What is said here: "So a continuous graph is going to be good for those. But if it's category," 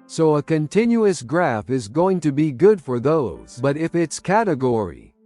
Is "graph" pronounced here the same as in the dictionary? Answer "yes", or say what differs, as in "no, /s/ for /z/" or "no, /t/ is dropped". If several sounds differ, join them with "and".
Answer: yes